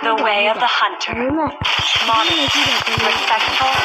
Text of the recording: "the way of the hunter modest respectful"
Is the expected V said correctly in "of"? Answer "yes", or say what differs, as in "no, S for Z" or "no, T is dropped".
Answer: yes